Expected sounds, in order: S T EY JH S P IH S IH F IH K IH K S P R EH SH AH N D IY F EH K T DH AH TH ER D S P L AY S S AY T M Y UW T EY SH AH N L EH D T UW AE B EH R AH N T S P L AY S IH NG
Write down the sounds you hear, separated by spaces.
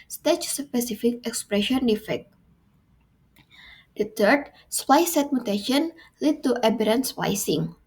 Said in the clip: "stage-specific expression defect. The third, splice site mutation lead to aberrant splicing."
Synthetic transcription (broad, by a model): S T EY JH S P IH S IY F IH K IH K S P R EH SH AH N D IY F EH K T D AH T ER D S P AY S S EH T M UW T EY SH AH N L EH D T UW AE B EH R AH N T S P AY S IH NG